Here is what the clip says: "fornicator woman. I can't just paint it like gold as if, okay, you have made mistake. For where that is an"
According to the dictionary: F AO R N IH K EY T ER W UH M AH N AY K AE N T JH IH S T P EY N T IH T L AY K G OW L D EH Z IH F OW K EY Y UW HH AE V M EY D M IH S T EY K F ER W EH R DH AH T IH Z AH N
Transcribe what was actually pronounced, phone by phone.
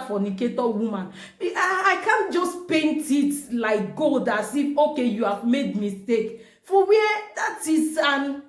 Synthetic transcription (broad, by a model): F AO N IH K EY T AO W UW M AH N AY K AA N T JH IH S P EY N T IH T L AY K G OW L D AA S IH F OW K EY Y UW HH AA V M EY D M IH S T EY K F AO W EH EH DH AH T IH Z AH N